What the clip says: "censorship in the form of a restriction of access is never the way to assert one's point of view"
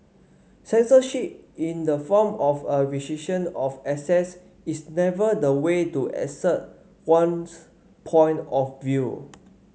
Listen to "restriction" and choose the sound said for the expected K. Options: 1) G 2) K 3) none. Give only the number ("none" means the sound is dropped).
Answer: 3